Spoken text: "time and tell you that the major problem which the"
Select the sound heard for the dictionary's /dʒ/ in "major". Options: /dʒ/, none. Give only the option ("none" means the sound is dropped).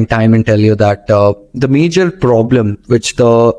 /dʒ/